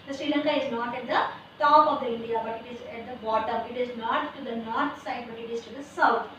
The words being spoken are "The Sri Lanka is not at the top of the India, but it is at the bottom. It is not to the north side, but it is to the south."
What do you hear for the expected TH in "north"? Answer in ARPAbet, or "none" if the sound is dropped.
T